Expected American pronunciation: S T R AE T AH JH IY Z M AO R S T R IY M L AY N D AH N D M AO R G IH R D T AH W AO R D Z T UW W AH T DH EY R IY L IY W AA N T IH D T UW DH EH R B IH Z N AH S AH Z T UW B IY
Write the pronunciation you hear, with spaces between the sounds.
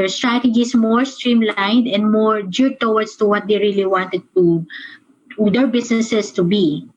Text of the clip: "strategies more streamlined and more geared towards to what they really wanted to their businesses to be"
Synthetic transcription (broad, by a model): S T R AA T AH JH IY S M AO R S T R IY M L AY N D AH N D M AO R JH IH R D T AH W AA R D S T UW W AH T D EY R IY L IY W AA N T IH D T UW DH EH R B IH S N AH S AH S T UW B IY